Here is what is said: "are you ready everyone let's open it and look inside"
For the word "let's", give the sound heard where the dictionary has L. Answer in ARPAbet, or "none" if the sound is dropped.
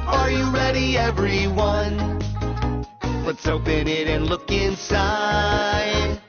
W